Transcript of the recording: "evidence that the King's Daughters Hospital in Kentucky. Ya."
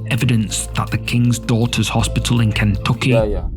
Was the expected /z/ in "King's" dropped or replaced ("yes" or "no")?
no